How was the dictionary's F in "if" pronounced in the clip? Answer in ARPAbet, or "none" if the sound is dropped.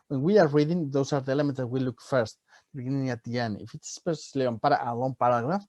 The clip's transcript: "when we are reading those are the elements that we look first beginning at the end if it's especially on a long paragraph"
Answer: F